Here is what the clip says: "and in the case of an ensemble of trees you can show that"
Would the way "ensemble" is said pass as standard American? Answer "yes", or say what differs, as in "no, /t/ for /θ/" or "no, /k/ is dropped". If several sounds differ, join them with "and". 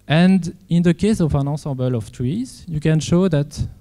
no, /n/ is dropped and /m/ is dropped